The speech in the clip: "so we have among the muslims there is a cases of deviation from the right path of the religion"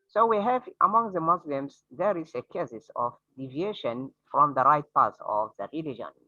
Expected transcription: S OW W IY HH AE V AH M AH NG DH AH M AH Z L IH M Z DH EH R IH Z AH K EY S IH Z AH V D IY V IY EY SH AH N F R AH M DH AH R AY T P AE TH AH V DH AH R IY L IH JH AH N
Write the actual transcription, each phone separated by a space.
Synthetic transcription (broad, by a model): S OW W IY HH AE V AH M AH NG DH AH M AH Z L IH M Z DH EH R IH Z AH K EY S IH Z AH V D IY V IY EY SH AH N F R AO M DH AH R AY T P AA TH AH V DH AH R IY L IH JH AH N